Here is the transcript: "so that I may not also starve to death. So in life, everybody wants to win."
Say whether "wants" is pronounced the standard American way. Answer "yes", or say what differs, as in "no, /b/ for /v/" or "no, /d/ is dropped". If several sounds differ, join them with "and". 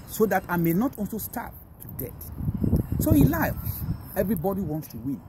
yes